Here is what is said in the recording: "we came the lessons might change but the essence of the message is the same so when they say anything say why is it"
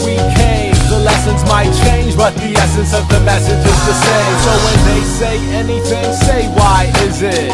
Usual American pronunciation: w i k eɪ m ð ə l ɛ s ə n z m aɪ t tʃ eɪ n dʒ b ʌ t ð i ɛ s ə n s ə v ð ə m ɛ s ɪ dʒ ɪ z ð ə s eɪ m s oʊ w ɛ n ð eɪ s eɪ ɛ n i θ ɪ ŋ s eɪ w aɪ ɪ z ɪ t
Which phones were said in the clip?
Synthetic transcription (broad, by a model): w i k eɪ m ð ə l ɛ s ə n z m aɪ t tʃ eɪ n dʒ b ʌ t ð i ɛ s ə n s ə v ð ə m ɛ s ɪ dʒ ɪ z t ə s eɪ s oʊ w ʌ n ð eɪ s eɪ ɛ n i θ ɪ ŋ s eɪ w aɪ ɪ z ɪ t